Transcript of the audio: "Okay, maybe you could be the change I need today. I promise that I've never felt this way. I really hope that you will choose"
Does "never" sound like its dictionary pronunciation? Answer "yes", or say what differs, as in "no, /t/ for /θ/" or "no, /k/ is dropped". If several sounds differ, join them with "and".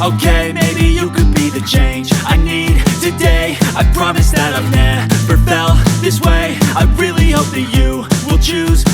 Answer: no, /p/ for /v/